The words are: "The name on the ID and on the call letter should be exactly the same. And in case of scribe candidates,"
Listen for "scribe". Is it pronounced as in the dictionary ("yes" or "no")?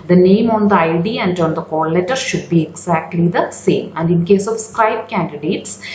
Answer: no